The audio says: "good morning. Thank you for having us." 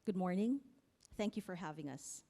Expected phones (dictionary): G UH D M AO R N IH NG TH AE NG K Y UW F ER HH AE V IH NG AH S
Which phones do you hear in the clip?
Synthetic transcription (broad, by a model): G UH D M AO R N IH NG TH AE NG K Y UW F ER HH AE V IH NG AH S